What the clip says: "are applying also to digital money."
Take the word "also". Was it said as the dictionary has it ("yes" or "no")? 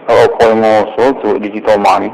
no